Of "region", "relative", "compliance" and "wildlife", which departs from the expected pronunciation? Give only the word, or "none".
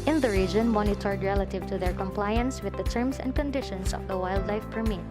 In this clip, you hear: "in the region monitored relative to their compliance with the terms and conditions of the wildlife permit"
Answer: none